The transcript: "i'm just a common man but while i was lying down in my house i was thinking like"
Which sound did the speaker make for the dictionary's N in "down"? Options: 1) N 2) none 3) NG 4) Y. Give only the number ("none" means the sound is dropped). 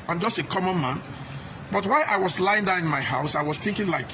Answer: 2